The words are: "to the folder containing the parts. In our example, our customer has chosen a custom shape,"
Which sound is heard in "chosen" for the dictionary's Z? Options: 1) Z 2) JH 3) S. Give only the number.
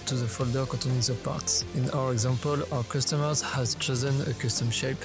1